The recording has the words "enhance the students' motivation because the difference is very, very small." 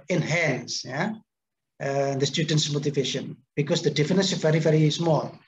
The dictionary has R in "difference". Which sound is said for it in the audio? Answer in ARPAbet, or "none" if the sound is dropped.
none